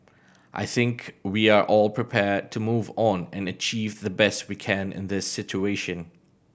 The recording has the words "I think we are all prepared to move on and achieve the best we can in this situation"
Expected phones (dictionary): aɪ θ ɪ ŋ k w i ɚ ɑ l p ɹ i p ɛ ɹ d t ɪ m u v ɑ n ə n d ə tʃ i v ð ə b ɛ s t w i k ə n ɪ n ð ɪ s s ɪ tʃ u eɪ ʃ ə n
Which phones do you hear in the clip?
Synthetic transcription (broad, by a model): aɪ θ ɪ ŋ k w i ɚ ɑ l p ɹ i p ɛ ɹ d t ɪ m u v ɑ n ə n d ə tʃ i v ð ə b ɛ s t w i k ə n ɪ n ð ɪ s s ɪ tʃ u eɪ ʃ ə n